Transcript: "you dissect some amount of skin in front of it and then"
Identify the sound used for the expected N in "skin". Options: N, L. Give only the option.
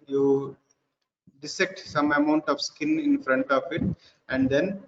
N